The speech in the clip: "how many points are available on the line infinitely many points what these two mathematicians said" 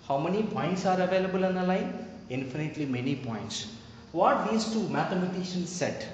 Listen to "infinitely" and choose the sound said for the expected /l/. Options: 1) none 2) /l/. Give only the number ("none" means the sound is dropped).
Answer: 2